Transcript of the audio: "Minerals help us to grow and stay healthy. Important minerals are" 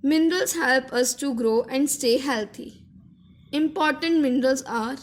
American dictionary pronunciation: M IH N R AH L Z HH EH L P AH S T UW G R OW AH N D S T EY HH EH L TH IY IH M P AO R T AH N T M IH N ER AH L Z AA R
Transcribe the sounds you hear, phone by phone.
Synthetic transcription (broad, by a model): M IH N R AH L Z HH EH L P AH S T UW G R OW AH N D S T EY HH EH L T IY IH M P AO R T AH N T M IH N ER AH L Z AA R